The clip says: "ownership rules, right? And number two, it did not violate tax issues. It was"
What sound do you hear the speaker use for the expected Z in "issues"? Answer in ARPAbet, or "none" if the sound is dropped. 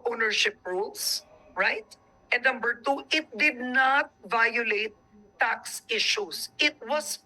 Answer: S